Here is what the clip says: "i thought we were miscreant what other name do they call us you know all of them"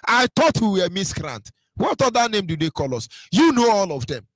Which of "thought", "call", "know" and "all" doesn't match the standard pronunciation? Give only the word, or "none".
thought